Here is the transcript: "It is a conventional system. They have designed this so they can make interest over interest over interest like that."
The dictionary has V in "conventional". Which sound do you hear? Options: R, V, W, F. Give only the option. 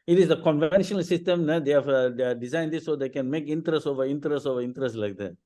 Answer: V